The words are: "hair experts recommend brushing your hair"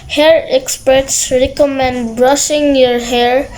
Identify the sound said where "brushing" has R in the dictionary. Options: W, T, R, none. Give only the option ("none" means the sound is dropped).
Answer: R